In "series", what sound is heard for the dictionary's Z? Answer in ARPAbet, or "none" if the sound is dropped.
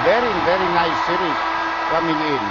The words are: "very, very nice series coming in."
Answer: none